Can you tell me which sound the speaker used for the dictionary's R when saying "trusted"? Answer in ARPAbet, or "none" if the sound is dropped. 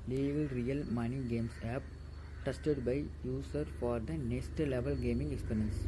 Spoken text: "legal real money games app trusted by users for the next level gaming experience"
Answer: none